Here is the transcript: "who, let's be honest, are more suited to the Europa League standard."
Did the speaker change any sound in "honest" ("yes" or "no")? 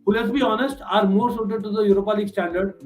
no